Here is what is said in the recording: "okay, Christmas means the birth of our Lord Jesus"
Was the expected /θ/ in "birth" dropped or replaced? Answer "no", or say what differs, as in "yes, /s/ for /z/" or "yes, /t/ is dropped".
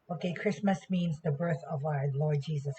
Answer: no